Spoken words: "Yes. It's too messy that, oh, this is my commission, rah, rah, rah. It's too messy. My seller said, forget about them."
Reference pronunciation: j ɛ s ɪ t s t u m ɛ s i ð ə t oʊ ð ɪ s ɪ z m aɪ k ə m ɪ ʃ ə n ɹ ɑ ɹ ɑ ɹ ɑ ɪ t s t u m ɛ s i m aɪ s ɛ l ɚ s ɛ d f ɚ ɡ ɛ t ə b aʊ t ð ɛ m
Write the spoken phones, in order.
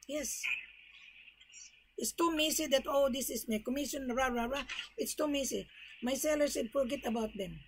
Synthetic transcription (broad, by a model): j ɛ s ɪ t s t u m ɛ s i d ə t oʊ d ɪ s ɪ s m aɪ k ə m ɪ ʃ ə n ɹ ɑ ɹ ɑ ɹ ɑ ɪ t s t u m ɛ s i m aɪ s ɛ l ɚ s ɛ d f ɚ ɡ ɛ t ə b aʊ t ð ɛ m